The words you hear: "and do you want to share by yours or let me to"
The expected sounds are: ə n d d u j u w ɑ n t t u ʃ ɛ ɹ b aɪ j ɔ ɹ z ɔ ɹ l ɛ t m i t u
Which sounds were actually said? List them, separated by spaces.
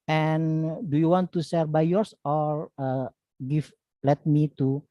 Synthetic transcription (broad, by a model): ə n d d u j u w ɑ n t t u s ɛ ɹ b aɪ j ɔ ɹ s ɔ ɹ l ɛ t m i t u